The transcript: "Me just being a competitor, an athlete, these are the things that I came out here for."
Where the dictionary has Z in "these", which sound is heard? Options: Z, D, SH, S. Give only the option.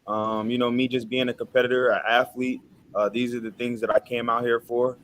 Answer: Z